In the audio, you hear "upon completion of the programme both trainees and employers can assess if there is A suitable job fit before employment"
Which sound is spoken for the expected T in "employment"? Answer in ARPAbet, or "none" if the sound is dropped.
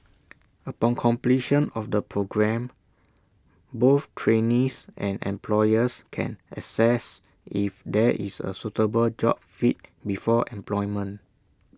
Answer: none